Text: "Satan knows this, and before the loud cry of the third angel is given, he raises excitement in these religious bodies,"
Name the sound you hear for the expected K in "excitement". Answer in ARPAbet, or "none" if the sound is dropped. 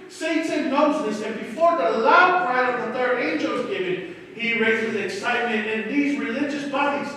K